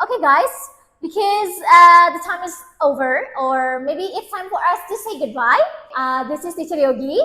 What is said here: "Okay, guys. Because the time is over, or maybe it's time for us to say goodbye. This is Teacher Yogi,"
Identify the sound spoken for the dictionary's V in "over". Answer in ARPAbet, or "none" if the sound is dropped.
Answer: V